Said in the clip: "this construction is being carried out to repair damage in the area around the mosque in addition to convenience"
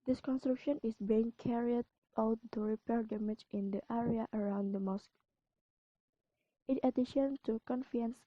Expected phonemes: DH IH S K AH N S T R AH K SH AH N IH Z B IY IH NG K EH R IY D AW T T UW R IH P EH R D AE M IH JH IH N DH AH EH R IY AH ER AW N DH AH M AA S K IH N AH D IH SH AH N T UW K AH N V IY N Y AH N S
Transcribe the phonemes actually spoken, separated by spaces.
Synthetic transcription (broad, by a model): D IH S K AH N S T R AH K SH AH N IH S B IY IH NG K EH R IY D AW T T UW R IH P EH R D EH M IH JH IH N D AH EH R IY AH ER AW N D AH M AA S K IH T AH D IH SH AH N T UW K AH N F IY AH N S